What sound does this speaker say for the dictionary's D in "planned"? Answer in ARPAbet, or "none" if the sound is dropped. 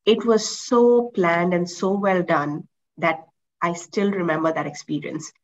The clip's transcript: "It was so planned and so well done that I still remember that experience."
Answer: D